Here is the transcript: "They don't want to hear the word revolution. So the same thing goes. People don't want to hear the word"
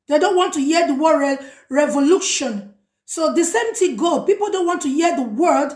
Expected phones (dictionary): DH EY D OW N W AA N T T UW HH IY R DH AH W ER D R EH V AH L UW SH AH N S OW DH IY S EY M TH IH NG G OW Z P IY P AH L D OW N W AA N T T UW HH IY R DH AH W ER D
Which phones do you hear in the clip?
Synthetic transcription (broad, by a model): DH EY D OW N W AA N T T UW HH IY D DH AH W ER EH R EH V AH L UW SH AH N S OW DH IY S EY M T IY G OW P IY P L D OW N W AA N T T UW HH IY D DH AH W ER D